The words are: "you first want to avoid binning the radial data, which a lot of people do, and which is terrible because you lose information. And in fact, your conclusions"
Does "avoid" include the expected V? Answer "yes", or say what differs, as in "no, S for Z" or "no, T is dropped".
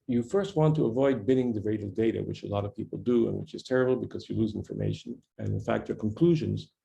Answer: yes